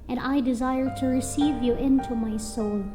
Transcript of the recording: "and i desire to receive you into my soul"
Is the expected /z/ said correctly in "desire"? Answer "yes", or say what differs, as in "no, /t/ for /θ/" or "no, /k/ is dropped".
yes